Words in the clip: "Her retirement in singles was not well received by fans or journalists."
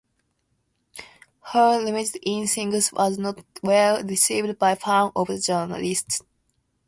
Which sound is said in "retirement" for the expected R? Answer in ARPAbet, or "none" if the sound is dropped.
L